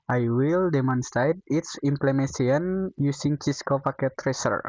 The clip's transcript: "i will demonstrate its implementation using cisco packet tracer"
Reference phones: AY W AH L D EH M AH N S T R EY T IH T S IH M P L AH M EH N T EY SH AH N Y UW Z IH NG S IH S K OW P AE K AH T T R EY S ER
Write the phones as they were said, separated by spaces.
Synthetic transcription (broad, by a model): AY W AH L D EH M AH N S T R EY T IH T S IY M P L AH M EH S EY AH N Y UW S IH NG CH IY S K OW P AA K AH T T R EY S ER